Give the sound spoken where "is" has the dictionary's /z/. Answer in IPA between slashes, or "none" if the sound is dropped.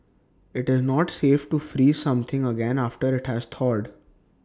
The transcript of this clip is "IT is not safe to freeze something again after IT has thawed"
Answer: /z/